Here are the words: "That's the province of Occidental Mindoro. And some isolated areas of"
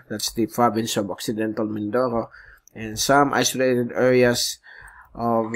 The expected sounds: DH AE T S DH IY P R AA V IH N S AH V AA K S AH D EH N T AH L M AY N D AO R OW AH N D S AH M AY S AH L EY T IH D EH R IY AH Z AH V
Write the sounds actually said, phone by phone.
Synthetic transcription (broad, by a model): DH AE T S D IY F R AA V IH N S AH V AA K S AH D EH N T AH L M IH N D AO R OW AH N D S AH M AY S AH L EY T IH D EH R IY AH S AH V